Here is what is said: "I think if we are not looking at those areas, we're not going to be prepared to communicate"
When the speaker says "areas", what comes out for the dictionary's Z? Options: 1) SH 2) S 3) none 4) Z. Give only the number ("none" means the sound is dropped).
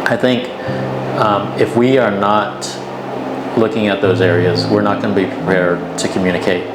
4